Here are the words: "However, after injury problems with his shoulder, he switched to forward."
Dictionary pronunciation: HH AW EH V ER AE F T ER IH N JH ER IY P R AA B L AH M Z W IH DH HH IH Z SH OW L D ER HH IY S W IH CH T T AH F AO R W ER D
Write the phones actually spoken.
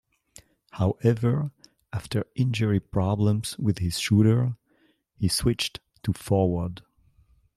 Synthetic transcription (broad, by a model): HH AW EH V ER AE F T ER IH N JH ER IY P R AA B L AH M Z W IH DH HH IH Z SH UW D ER HH IY S W IH CH T T AH F AO R W ER D